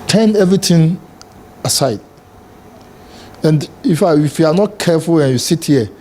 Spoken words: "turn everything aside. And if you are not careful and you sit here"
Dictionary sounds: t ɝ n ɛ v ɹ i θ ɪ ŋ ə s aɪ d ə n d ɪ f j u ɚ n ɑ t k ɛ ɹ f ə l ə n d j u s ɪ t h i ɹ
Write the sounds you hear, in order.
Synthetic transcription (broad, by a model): t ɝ n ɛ v ɹ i t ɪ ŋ ə s aɪ d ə n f ɪ f j u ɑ n ɑ t k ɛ f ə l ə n j u s ɪ t h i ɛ